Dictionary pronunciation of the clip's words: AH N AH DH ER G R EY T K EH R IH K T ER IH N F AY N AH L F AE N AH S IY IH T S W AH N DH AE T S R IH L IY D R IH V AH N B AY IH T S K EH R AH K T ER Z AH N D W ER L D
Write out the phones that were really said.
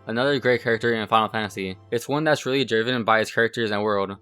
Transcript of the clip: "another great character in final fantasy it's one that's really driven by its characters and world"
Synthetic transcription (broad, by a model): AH N AH DH ER G R EY T K EH R IH K T ER IH N F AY AH L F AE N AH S IY IH T S W AH N DH AE T S R IH L IY D R IH V AH N B AY IH T S K EH R AH K T ER Z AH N W ER L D